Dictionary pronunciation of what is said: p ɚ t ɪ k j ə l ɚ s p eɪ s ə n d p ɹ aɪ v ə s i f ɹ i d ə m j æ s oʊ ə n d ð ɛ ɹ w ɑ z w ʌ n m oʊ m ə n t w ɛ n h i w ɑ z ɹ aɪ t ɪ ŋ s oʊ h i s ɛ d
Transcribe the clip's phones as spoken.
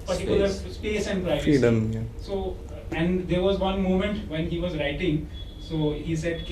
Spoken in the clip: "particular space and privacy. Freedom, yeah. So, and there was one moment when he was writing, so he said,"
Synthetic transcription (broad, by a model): p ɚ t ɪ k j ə l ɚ s p eɪ s ə n d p ɹ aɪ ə i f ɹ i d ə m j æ s oʊ ə n d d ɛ ɹ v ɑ z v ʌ n m oʊ m ə n t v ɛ n h i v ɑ z ɹ aɪ t ɪ ŋ s oʊ h i s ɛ d